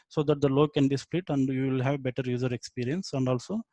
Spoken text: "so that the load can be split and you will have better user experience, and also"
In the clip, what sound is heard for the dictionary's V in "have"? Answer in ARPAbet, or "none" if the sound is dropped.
V